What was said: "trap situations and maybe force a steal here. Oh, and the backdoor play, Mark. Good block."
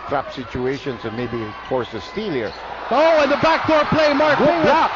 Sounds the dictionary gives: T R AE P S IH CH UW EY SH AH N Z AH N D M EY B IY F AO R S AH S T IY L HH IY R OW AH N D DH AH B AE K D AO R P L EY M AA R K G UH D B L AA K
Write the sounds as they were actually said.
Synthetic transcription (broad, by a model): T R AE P S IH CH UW EY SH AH N S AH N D M EY B IY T AO R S AH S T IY L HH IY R OW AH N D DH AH B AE K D AO R P L EY M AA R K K